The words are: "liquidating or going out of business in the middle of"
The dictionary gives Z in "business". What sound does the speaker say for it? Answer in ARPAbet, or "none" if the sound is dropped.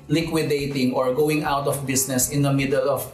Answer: S